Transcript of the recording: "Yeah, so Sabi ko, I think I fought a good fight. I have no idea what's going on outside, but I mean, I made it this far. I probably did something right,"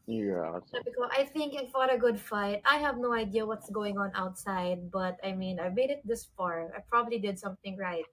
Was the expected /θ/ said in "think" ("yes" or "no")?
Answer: yes